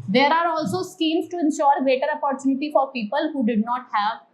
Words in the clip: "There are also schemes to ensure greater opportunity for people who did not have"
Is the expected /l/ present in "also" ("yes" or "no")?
yes